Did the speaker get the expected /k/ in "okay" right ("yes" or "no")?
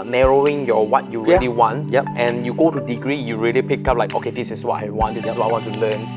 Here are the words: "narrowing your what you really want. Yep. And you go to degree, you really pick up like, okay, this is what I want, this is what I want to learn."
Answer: yes